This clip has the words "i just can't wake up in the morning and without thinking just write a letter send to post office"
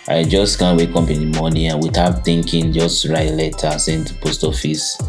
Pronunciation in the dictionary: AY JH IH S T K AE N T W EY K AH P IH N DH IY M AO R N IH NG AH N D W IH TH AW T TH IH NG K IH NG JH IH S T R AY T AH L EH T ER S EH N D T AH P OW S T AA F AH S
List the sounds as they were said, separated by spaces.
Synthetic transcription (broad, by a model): AY JH IH S T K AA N W EY K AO P IH N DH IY M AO N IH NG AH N W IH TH AW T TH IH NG K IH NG JH IH S T R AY AH L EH T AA S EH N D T P OW S T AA F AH S